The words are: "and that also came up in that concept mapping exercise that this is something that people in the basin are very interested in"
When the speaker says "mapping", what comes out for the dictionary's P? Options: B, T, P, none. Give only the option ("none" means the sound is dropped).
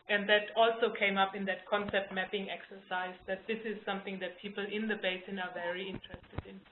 P